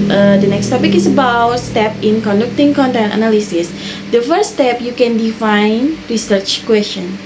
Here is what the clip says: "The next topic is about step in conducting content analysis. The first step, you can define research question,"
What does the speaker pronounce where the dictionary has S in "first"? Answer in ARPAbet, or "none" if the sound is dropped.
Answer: none